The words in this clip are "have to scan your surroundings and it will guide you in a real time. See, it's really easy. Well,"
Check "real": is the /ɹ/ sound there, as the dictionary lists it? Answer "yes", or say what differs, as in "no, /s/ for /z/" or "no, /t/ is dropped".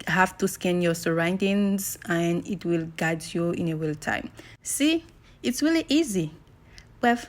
no, /w/ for /ɹ/